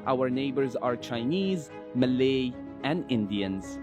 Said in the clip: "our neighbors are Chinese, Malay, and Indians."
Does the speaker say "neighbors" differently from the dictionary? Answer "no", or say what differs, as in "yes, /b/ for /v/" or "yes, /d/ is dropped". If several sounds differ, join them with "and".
no